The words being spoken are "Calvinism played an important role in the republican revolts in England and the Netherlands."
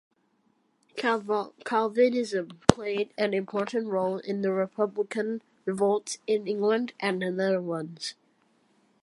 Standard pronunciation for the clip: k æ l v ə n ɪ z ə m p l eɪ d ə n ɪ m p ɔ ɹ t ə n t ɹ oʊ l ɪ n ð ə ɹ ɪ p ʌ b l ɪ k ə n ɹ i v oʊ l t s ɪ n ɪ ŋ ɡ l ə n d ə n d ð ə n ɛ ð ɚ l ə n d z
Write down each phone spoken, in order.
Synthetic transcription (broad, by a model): k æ l v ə n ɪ z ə m p l eɪ d ə n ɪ m p ɔ ɹ t n t ɹ oʊ l ɪ n ð ə ɹ ɪ p ʌ b l ɪ k ə n ɹ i v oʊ l t s ɪ n ɪ ŋ ɡ l ə n d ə n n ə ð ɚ w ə n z